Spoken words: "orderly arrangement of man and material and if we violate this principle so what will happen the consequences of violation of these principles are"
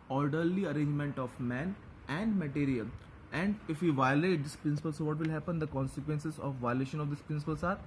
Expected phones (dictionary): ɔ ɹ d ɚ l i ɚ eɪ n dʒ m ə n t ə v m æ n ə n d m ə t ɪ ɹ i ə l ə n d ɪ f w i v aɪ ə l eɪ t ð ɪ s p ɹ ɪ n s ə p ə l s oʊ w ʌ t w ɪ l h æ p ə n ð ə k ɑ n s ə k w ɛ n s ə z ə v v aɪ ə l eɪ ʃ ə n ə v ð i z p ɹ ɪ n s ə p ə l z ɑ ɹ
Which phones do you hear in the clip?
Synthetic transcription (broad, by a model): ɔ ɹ d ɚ l i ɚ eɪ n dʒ m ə n t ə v m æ n ə n d m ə t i ɹ i ə l ə n d ɪ f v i v aɪ ə l eɪ t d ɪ s p ɹ ɪ n s ə p ə l s oʊ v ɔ t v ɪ l h æ p ə n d ə k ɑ n s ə k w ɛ n s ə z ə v v aɪ ə l eɪ ʃ ə n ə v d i s p ɹ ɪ n s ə p ə l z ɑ ɹ